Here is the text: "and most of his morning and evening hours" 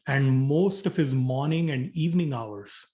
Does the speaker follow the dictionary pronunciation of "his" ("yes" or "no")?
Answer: yes